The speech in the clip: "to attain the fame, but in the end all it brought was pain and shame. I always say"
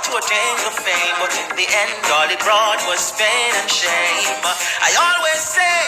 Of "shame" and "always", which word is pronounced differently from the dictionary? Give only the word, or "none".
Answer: none